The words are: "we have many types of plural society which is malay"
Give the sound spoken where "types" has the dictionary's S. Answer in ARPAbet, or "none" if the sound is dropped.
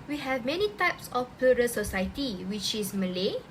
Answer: S